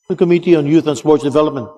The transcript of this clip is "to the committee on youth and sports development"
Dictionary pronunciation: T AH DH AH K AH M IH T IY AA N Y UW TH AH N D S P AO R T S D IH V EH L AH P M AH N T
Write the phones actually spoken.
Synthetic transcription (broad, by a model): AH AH K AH M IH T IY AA N Y UW TH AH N S P AO R T S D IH V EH L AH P M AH N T